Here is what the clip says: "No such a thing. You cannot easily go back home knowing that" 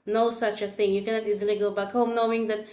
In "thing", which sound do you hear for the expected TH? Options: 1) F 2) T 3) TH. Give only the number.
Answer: 3